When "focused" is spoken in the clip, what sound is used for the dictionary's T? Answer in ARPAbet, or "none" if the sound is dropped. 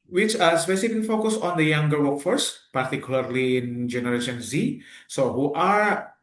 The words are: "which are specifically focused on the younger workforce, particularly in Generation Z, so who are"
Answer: none